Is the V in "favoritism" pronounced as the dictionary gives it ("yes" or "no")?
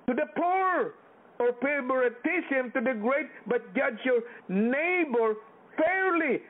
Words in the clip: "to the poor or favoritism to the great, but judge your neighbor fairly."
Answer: no